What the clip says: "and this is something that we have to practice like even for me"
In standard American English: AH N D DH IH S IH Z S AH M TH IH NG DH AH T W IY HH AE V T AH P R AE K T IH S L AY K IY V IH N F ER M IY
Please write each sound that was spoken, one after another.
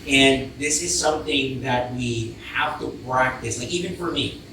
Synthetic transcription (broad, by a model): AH N DH IH S IH Z S AH M TH IH NG DH AH T W IY HH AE F T AH P R AE K T IH S L AY K IY V IH N F ER M IY